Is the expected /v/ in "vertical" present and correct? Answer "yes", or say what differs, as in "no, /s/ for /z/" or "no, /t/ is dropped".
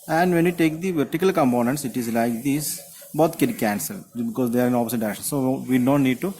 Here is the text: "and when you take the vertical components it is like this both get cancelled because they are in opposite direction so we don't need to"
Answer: yes